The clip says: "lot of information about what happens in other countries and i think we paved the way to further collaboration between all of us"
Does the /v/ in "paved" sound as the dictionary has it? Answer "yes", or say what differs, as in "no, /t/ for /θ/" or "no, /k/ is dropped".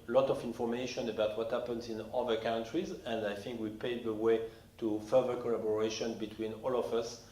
no, /v/ is dropped